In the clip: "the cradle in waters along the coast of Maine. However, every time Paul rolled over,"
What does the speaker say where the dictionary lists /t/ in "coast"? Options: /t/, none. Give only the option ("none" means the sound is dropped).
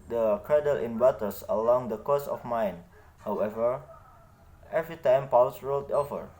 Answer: none